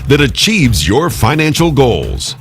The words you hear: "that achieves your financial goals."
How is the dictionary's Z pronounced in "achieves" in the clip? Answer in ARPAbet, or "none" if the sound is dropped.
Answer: Z